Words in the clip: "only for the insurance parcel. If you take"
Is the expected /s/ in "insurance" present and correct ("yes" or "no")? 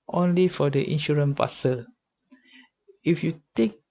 no